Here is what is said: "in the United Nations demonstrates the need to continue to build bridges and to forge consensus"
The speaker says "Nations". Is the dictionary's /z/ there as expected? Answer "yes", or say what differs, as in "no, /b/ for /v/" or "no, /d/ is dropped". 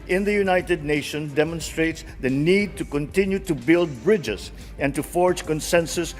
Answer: no, /z/ is dropped